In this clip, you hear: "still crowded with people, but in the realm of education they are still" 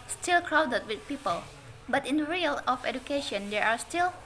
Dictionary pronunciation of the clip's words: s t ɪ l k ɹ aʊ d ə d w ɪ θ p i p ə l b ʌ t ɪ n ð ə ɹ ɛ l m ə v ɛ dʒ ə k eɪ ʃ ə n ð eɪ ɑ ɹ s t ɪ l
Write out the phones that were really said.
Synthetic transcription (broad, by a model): s t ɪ l k ɹ aʊ d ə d w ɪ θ p i p ə l b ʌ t ɪ n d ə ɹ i l ə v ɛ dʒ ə k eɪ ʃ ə n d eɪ ɑ ɹ s t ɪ l